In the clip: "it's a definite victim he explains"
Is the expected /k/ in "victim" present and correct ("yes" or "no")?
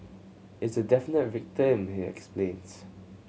yes